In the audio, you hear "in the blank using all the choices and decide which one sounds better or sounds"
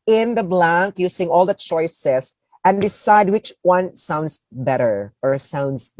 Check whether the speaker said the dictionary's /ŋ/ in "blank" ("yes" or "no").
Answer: yes